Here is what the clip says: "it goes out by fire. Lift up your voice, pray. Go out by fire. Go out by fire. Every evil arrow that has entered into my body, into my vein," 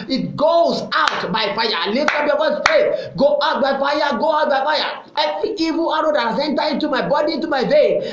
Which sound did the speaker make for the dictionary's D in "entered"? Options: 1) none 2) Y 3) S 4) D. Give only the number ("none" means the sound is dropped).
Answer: 1